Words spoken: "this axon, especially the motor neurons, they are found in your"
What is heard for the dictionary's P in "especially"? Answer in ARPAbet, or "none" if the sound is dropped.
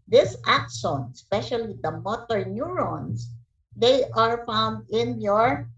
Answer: P